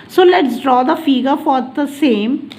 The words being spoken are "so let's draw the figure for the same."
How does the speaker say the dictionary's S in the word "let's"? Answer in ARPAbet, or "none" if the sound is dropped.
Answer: S